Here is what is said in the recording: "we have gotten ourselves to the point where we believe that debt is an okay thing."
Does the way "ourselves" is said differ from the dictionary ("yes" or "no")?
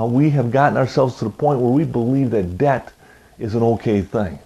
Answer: no